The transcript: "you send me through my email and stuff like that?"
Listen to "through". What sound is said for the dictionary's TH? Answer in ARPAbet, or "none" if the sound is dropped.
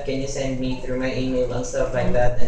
TH